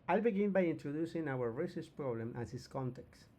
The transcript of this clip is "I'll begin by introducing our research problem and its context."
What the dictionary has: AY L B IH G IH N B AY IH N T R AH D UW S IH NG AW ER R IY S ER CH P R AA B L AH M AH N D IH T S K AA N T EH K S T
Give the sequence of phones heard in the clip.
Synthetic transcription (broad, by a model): AY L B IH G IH N B AY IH N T R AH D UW S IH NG AW ER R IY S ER S P R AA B L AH M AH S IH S K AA N T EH K S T